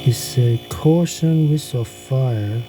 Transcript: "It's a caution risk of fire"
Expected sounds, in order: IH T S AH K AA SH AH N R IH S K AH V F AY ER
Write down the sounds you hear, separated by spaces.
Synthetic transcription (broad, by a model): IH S AH K AA SH AH N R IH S AH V F AY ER